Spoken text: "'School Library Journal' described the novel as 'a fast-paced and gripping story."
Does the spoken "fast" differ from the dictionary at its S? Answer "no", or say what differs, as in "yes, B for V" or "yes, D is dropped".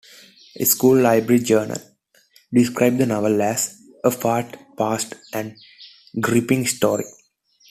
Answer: yes, S is dropped